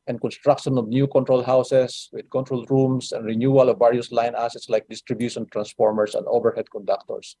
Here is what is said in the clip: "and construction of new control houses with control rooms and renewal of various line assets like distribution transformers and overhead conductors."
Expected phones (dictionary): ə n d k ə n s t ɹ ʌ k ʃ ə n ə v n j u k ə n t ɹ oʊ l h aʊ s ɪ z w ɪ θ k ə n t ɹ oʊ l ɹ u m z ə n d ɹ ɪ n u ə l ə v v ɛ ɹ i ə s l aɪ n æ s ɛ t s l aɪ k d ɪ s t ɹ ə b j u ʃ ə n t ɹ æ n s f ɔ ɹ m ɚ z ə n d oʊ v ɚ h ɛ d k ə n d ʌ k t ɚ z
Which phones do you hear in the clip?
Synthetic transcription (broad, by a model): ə n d k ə n s t ɹ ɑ k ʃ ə n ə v n j u k ə n t ɹ oʊ l h aʊ s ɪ s w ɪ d k ə n t ɹ oʊ l ɹ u m s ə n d ɹ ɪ n u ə l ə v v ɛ ɹ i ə s l aɪ n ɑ s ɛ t s l aɪ k d ɪ s t ɹ ə b j u ʃ ə n t ɹ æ n s f ɔ ɹ m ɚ s ə n d oʊ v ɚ h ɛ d k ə n d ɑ k t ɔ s